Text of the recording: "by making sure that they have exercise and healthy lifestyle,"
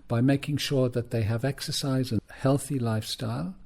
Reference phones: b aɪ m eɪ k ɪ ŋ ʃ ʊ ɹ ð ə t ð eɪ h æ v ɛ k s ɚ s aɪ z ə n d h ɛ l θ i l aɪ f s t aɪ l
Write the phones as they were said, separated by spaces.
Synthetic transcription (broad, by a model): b aɪ m eɪ k ɪ ŋ ʃ ʊ ɹ ð ə t ð eɪ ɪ v ɛ k s ɚ s aɪ z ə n h ɛ l θ i l aɪ f s t aɪ l